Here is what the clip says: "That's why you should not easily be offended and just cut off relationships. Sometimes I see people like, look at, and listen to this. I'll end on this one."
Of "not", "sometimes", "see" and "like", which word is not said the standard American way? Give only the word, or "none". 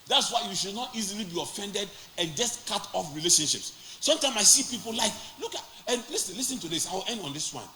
sometimes